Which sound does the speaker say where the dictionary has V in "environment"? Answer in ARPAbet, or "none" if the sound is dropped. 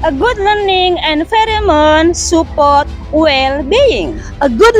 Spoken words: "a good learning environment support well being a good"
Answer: F